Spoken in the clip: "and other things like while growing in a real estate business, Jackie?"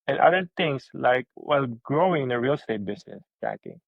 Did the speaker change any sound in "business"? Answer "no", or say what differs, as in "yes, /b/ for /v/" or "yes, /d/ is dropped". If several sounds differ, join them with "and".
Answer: yes, /s/ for /z/